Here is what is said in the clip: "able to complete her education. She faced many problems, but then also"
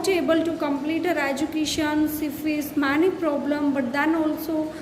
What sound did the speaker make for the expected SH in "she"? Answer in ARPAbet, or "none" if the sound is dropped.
S